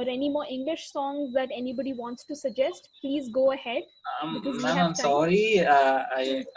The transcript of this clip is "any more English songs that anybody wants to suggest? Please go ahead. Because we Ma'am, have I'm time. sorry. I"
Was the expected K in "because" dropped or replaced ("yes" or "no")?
yes